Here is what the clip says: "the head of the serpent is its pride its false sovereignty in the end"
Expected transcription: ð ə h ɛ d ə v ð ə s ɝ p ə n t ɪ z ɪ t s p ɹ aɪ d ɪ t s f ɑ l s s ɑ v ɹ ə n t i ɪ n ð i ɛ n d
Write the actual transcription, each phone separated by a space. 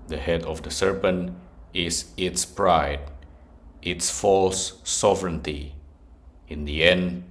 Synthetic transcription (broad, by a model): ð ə h ɛ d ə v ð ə s ɝ p ə n t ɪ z ɪ t s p ɹ aɪ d ɪ t s f ɑ l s s ɑ v ɹ ə n t i ɪ n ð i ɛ n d